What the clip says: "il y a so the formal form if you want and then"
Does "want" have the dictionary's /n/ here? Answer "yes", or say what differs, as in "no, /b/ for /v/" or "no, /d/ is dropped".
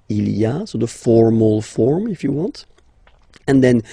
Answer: yes